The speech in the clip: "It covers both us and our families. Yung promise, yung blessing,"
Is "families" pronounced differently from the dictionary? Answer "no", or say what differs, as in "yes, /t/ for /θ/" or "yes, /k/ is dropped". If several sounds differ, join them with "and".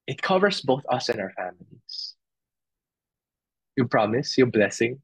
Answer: yes, /s/ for /z/